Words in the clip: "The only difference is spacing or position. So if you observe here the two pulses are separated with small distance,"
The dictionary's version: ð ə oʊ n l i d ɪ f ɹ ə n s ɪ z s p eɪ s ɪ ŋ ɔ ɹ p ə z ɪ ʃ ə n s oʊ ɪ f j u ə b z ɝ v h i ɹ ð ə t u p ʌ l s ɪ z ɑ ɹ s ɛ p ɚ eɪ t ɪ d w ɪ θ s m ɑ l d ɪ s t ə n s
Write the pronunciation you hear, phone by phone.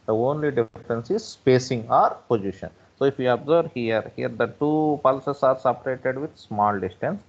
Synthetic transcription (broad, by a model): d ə oʊ n l i d ɪ f ɹ ə n s ɪ z s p eɪ s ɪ ŋ ɔ ɹ p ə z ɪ ʃ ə n s oʊ ɪ f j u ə b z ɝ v h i ɹ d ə t u p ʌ l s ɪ s ɑ ɹ s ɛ p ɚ eɪ t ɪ d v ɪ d s m ɑ l d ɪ s t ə n s